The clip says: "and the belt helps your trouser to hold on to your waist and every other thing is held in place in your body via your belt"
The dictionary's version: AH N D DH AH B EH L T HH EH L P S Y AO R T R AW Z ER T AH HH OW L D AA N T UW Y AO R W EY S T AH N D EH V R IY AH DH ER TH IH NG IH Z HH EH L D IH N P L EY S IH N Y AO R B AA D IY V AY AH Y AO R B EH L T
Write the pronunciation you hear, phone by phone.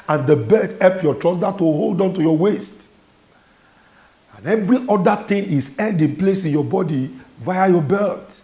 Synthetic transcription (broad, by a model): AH N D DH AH B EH T HH EH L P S Y AO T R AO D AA T AH HH OW L D AA N T UW Y AO W EY S T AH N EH V R IY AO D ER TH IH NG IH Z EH N D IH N P L EY S IH N Y AO B AA D IY V AY AH Y AO B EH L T